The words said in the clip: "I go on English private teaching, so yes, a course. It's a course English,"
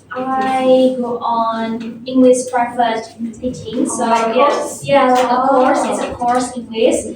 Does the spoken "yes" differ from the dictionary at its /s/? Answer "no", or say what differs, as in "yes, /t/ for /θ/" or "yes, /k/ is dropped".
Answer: yes, /s/ is dropped